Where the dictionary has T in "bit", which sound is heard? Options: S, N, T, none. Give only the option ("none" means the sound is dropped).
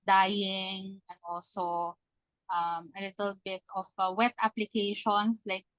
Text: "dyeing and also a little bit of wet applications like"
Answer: T